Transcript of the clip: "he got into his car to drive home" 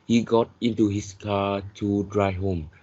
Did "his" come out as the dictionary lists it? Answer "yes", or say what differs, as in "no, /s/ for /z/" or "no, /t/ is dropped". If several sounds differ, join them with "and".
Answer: no, /s/ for /z/